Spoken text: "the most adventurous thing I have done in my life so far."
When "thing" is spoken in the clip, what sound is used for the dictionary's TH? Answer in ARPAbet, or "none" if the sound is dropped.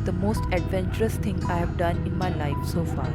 T